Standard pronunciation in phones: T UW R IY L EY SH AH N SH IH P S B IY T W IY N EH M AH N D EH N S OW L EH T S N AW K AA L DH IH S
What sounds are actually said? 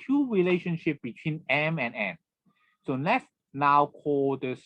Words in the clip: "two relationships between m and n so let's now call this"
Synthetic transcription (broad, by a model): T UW R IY L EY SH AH N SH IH P B IY T W IY N EH M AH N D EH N S OW L EH T S N AW K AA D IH S